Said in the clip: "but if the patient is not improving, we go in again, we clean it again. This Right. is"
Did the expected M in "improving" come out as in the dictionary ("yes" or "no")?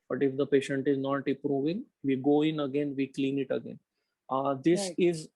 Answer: no